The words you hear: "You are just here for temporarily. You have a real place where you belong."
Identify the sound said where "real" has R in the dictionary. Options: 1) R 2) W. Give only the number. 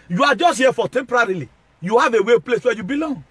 2